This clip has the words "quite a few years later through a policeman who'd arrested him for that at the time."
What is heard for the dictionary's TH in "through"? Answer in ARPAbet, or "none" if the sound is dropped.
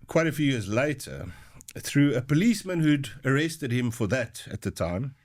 TH